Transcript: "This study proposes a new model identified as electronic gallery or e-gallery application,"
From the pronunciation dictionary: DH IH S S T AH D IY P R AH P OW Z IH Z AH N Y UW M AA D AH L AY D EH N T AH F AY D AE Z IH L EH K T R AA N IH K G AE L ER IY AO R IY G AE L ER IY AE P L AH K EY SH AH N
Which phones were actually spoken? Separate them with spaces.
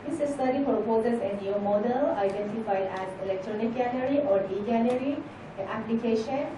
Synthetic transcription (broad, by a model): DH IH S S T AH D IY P R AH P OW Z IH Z AH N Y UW M AA D AH L AY D EH N T AH F AY D AE Z IH L EH K T R AA N IH K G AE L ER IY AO R IY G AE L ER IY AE P L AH K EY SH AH N